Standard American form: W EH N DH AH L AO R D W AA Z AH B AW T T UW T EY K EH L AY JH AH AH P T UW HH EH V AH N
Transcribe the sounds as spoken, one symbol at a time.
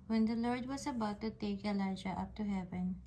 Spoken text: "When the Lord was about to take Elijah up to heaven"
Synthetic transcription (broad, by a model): W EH N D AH L AO R D W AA S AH B AW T T UW T EY K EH L AY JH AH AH P T UW HH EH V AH N